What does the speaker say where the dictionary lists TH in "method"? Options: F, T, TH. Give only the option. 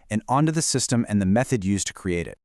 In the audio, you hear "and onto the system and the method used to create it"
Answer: TH